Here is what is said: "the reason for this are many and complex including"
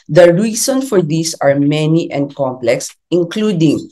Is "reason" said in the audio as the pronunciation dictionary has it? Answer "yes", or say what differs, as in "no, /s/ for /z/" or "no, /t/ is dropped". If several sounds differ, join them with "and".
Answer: no, /s/ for /z/